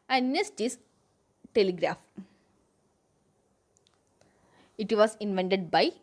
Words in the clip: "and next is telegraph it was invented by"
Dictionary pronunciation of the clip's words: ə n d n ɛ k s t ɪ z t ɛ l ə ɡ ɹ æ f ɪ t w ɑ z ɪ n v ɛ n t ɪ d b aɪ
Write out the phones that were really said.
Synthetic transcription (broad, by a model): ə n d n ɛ s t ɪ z t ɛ l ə ɡ ɹ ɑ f ɪ t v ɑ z ɪ n v ɛ n t ɪ d b aɪ